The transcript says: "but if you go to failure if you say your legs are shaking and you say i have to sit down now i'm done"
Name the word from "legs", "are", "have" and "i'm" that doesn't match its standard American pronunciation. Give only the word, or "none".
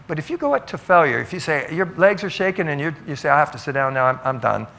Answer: have